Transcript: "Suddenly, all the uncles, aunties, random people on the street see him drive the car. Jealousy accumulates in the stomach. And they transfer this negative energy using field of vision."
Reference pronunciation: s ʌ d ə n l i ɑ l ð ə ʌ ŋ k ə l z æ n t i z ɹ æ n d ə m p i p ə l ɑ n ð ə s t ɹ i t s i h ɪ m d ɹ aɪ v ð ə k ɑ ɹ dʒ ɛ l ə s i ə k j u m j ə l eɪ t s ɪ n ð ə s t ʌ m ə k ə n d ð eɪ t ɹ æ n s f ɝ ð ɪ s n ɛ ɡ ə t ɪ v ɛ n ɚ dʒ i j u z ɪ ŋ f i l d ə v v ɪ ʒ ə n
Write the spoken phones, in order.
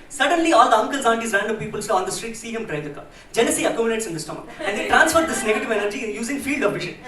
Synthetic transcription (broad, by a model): s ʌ d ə n l i ɑ l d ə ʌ ŋ k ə l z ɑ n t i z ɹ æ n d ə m p i p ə l ɑ n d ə s t ɹ i t s i h ɪ m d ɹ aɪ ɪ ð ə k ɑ dʒ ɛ n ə s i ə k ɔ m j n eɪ t s ɪ n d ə s t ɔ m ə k ə n d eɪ t ɹ æ n s f ɝ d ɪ s n ɛ ɡ ə t ɪ v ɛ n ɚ dʒ i j u z ɪ ŋ f i l d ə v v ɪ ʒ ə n